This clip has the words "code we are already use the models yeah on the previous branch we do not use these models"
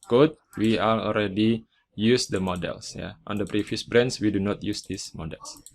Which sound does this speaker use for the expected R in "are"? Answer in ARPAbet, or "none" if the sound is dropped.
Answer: L